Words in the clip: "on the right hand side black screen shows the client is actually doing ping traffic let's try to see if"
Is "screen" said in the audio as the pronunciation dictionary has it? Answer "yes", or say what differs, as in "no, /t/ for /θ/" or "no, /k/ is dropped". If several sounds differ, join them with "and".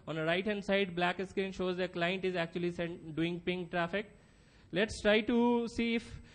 no, /ɹ/ is dropped